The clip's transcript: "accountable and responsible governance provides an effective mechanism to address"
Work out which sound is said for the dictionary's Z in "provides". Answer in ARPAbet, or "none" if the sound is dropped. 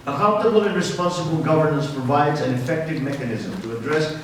Z